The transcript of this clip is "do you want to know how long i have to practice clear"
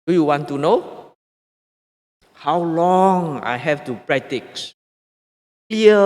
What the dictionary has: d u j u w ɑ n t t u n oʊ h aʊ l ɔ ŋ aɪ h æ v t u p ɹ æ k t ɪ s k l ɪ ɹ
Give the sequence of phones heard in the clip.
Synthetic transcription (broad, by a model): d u j u w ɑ n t t u n oʊ h aʊ l ɔ ŋ aɪ h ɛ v t u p ɹ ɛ t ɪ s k l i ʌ